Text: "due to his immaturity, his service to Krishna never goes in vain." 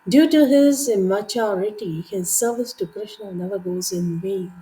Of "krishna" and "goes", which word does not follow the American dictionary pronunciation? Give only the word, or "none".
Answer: none